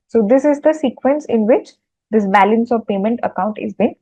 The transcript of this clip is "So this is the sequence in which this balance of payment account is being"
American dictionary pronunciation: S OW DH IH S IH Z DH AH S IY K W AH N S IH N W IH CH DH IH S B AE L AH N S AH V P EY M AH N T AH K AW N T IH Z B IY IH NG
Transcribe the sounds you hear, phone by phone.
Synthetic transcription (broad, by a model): S OW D IH S IH Z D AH S IY K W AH N S IH N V IH CH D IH S B AE L AH N S AH V P EY M AH N T AH K AW N T IH Z B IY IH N